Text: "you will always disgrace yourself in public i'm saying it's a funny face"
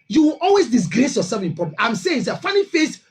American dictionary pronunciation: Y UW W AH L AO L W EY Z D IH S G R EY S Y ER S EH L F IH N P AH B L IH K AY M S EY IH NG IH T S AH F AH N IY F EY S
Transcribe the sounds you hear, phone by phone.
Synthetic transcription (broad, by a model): Y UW W AH L AO L W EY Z D IH S G R EY S Y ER S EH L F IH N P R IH AY M S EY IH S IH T F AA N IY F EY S